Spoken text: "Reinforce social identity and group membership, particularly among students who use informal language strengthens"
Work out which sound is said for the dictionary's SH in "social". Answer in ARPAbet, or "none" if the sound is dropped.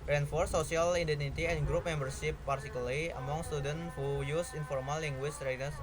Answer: none